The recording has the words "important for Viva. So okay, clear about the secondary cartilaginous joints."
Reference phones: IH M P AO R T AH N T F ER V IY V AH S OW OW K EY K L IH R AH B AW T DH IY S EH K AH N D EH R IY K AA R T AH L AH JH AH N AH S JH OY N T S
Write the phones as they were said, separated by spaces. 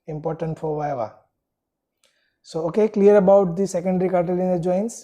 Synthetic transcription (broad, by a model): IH M P AO R T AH N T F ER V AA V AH S OW OW K EY K L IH R AH B AW T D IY S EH K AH N D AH R IY K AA R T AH L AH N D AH JH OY N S